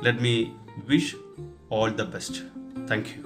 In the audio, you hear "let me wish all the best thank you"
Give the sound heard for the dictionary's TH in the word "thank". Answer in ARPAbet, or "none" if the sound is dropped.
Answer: T